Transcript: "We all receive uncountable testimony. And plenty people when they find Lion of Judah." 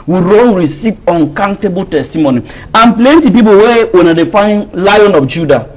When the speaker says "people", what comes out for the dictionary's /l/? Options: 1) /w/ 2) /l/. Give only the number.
1